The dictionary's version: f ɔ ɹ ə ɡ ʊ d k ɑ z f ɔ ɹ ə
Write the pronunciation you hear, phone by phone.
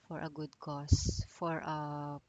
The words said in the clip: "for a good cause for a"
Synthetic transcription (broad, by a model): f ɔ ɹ ə ɡ ʊ d k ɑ s f ɔ ɹ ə